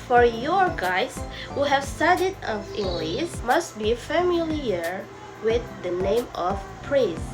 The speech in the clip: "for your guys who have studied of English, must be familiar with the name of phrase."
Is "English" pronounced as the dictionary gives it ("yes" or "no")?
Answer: no